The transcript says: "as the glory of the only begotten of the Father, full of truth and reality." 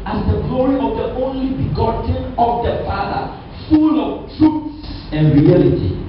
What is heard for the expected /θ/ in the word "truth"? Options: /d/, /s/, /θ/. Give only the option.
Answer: /s/